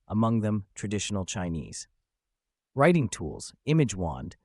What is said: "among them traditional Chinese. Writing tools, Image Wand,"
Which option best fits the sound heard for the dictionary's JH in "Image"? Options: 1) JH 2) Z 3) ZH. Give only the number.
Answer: 1